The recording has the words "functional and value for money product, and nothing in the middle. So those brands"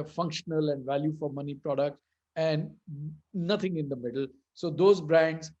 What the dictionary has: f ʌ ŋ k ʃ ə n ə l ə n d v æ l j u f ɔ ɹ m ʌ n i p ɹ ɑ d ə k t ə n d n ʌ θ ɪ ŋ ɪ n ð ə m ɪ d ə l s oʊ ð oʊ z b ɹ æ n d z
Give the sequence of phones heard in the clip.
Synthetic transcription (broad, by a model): f ʌ ŋ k ʃ ə n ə l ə n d v æ l j u f ɔ ɹ m ʌ n i p ɹ ɑ d ə k t ə n d n ʌ t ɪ ŋ ɪ n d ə m ɪ d ə l s oʊ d oʊ z b ɹ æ n d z